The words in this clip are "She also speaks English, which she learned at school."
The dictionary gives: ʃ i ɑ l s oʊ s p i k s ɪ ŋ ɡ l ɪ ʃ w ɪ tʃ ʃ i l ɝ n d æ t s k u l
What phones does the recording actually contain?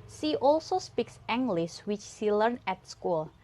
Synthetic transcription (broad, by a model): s i ɑ l s oʊ s p i k s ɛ ŋ ɡ l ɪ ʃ w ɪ tʃ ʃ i l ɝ n æ t s k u l